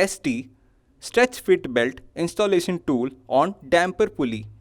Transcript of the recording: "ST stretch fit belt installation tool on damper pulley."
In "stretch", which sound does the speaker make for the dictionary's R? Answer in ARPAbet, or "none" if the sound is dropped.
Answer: R